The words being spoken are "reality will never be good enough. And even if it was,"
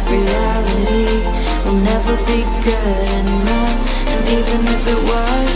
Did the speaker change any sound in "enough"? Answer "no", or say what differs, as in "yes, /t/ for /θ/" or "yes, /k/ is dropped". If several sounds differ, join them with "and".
yes, /f/ is dropped